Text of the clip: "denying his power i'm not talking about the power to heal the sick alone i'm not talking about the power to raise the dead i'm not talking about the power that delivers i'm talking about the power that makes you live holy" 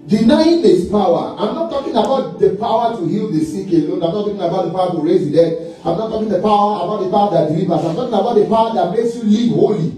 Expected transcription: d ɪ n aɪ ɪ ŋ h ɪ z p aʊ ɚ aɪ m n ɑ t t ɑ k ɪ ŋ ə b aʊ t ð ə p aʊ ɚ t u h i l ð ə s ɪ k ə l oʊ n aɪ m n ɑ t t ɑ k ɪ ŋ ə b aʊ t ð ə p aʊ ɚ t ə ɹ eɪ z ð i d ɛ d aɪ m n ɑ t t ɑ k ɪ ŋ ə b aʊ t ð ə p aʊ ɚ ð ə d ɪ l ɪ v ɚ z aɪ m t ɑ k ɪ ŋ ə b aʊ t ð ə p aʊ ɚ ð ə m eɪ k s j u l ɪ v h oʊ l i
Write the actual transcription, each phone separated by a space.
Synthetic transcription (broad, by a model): d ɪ n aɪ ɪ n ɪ s p aʊ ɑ aɪ m n ɑ t t ɑ k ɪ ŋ ə b aʊ t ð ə p aʊ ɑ t u h i l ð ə s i k ə l oʊ n aɪ m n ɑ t t ɑ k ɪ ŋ ə b aʊ t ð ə p aʊ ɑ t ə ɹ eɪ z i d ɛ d aɪ m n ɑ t t ɑ k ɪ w ə b aʊ t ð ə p aʊ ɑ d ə d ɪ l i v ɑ s aɪ m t ɑ k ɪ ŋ ə b aʊ t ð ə p aʊ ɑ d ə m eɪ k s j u l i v h oʊ l i